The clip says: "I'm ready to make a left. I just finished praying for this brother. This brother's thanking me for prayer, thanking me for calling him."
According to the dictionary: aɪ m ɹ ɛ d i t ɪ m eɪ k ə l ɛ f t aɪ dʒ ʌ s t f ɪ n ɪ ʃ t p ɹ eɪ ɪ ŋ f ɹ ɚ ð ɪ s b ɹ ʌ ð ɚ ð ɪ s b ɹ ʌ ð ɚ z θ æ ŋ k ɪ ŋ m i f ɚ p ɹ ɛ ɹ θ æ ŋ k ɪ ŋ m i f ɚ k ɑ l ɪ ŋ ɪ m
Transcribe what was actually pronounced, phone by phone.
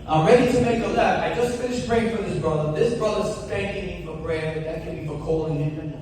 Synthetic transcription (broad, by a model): aɪ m ɹ ɛ d i t ɪ m eɪ k ə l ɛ t aɪ dʒ ʌ s t f ɪ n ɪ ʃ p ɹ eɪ ɪ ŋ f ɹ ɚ ð ɪ s b ɹ ʌ ð ɚ ð ɪ s b ɹ ʌ ð ɚ z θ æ ŋ k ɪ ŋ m f ɚ b ɹ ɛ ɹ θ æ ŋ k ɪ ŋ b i f ɚ k ɑ l ɪ ŋ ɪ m